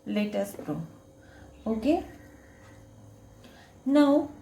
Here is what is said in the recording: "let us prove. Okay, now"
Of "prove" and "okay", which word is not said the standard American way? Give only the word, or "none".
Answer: prove